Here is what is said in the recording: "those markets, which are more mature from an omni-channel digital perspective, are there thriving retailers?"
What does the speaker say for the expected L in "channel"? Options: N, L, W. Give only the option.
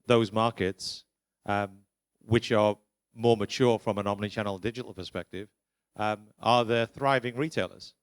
N